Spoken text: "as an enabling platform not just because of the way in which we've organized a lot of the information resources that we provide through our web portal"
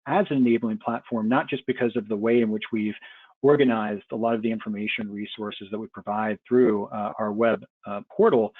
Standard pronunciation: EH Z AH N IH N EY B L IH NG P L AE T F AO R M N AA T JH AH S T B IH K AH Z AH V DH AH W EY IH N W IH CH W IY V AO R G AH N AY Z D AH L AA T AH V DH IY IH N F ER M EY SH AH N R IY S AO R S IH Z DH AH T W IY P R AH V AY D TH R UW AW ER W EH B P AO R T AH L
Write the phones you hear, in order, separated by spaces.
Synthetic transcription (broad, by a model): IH Z AH N IH N EY B L IH NG P L AE T F AO R M N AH T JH AH S B IH K AH Z AH V DH AH W EY IH N W IH CH W IY V AO R G AH N AY Z D AH L AA T AH V DH IY IH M F ER M EY SH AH N R IY S AO R S IH Z DH AH T W IY P R AH V AY D TH R UW AW ER W EH B P AO R T L